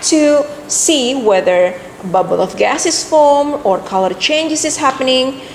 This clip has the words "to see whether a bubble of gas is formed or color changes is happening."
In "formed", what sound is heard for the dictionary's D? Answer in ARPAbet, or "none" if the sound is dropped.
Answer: none